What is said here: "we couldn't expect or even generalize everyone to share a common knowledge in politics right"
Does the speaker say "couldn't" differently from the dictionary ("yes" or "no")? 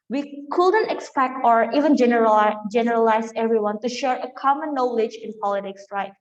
no